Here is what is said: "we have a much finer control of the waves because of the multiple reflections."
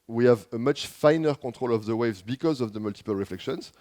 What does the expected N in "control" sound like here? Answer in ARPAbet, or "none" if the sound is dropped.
none